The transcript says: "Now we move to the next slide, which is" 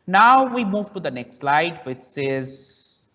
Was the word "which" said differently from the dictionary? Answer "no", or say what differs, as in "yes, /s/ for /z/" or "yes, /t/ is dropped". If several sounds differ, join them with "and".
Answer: yes, /s/ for /tʃ/